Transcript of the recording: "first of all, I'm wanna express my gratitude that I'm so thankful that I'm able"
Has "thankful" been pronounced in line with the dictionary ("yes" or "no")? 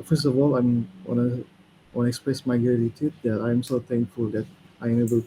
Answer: no